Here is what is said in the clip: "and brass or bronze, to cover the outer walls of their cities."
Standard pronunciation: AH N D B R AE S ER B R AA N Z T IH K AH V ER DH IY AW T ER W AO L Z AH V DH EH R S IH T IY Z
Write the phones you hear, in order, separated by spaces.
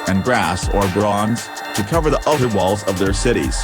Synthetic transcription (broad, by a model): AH N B R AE S ER B R AA N Z T IH K AH V ER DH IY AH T ER W AO L Z AH V DH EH R S IH T IY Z